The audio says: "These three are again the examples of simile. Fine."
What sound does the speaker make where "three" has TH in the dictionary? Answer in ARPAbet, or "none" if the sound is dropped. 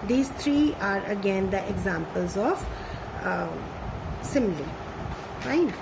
T